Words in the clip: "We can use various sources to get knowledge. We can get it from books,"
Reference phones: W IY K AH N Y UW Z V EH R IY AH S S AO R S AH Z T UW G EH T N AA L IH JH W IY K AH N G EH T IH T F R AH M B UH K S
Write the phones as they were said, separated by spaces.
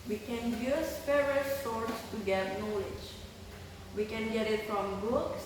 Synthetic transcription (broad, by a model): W IY K AH N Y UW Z F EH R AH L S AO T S T UW G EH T N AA L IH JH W IY K AH N G EH T IH T F R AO M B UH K S